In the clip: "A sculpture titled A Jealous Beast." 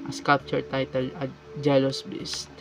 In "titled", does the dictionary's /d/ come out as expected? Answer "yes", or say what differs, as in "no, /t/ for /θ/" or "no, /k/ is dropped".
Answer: no, /d/ is dropped